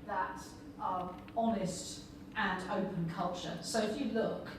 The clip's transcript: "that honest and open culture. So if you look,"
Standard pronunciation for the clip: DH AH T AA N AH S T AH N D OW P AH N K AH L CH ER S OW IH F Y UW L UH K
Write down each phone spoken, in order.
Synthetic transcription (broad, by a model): DH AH T AA N AH S T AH N OW P AH N K AH L CH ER S OW IH F Y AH L UH K